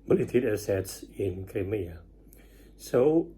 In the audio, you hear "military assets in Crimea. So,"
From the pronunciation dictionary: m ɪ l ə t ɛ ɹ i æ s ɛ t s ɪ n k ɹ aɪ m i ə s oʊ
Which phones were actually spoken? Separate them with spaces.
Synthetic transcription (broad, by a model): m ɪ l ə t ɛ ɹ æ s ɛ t s ɪ n k aɪ m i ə s oʊ